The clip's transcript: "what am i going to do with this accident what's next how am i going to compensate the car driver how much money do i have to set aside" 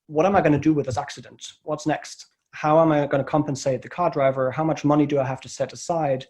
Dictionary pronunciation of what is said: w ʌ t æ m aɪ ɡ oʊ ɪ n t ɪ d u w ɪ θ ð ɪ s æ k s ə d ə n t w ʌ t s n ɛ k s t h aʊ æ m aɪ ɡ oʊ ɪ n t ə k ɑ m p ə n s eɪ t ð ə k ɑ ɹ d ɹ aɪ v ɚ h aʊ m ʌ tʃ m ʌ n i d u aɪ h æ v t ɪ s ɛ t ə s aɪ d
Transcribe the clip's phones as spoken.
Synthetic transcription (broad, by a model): w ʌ t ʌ m aɪ ɡ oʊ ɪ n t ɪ d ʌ w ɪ ð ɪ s æ k s ə d ə n t w ʌ t s n ɛ k s t h aʊ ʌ m aɪ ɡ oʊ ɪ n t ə k ɑ m p ə n s eɪ t ð ə k ɑ ɹ d ɹ aɪ v ɚ h aʊ m ʌ tʃ m ʌ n i d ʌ aɪ h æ f t ɪ s ɛ t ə s aɪ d